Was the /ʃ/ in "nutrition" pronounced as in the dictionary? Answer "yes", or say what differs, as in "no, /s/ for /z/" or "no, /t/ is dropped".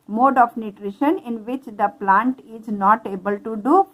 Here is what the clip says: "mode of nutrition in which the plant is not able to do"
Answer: yes